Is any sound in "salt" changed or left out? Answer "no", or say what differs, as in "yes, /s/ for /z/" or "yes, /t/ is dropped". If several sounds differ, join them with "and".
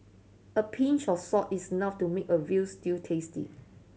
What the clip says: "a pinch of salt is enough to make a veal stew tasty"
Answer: yes, /l/ is dropped